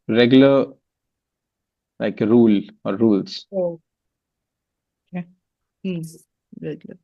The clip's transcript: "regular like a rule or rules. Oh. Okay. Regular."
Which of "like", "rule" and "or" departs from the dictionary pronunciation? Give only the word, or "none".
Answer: none